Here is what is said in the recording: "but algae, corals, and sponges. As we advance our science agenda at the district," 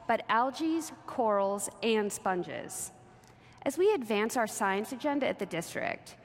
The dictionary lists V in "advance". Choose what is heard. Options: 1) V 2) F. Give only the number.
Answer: 1